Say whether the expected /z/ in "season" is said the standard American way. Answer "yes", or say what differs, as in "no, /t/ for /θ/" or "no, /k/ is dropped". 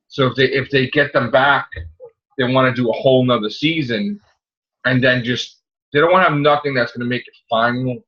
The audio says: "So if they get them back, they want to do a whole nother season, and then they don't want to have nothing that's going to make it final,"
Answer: yes